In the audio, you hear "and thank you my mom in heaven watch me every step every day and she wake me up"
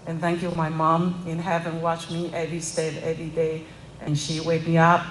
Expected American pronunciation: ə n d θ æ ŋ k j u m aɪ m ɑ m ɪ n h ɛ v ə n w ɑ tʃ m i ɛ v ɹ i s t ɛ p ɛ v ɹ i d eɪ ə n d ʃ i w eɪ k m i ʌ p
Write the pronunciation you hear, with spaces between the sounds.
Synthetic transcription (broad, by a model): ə n θ æ ŋ k j u m aɪ m ɑ m ɪ n h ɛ v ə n w ɑ tʃ m i ɛ v ɹ i s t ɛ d ɛ v ɹ i d eɪ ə n ʃ i w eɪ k m i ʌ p